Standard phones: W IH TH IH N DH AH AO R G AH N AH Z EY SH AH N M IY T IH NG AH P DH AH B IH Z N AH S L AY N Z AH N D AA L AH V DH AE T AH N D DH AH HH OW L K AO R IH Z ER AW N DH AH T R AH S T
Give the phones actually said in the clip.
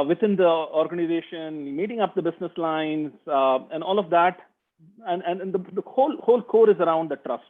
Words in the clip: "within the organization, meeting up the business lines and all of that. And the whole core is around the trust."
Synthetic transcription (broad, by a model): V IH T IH N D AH AO R G AH N AH Z EY SH AH N M IY T IH NG AH P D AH B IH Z N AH S L AY N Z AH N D AA L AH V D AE T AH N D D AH HH OW L K AO R IH Z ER AW N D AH T R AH S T